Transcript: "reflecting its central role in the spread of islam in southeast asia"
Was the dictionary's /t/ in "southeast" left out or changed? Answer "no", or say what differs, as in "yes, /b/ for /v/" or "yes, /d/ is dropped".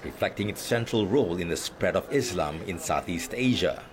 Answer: no